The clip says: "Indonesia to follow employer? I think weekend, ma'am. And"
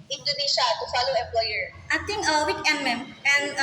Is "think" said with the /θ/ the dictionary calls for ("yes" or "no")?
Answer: no